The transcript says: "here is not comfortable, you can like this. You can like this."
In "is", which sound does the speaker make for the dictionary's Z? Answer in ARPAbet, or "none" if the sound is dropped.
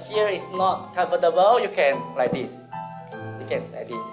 S